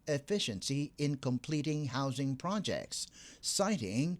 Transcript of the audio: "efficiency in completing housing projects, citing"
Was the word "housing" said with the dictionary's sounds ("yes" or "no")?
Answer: yes